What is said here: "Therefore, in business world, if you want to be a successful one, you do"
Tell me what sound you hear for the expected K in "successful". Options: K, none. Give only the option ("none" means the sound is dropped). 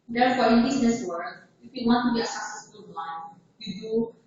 none